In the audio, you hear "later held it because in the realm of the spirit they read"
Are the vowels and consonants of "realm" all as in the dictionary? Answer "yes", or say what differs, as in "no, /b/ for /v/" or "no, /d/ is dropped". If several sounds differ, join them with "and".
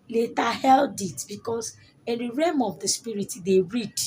no, /l/ is dropped